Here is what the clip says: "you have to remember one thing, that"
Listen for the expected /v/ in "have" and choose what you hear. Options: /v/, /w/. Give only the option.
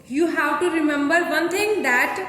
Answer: /w/